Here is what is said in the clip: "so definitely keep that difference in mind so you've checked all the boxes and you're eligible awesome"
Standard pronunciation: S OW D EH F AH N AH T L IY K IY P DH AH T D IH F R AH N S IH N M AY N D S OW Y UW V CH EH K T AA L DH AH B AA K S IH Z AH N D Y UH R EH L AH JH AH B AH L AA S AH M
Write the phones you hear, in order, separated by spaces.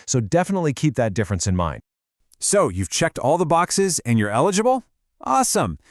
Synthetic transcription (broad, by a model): S OW D EH F AH N AH T L IY K IY P DH AH T D IH F R AH N S IH N M AY N D S OW Y UW V CH EH K T AA L DH AH B AA K S IH Z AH N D Y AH R EH L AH JH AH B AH L AA S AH M